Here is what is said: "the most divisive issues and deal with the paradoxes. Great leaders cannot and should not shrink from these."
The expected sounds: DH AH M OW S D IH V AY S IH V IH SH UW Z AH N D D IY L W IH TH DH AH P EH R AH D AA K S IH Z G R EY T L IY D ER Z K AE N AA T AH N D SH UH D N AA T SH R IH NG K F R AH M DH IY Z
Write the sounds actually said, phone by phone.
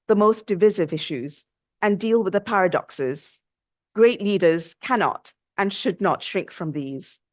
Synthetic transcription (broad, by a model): DH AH M OW S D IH V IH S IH V IH SH UW Z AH N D D IY L W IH DH AH P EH R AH D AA K S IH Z G R EY T L IY D ER Z K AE N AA T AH N SH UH D N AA T SH R IH NG K F R AH M DH IY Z